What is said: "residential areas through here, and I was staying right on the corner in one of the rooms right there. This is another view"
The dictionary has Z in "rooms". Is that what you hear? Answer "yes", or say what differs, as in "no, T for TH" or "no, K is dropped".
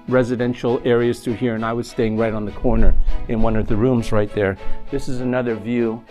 yes